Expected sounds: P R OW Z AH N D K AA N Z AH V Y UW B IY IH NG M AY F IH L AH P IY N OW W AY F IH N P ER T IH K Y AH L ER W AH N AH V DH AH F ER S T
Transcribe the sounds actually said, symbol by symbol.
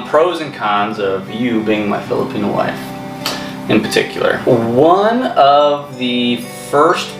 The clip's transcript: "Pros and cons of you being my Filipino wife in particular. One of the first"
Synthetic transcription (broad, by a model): P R OW Z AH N K AA N Z AH V Y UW B IY IH NG M AY F IH L AH P IY N OW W AY F IH N P ER T IH K Y L ER W AH N AH V DH AH F ER S T